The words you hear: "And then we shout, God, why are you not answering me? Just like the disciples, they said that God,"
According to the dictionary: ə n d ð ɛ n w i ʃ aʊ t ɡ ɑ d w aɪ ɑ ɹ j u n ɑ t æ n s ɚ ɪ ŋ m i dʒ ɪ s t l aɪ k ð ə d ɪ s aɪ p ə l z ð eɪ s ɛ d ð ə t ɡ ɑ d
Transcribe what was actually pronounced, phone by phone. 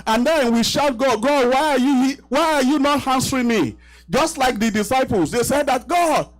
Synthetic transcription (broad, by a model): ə n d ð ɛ n w i ʃ aʊ t ɡ ɑ d w aɪ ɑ w j u n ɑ t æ n s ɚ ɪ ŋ m i dʒ ɪ s t l aɪ k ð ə d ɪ s aɪ p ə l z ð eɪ s ɛ d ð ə t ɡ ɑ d